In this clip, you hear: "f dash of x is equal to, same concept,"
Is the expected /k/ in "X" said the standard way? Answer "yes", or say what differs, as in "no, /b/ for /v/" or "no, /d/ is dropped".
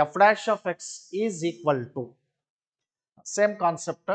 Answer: yes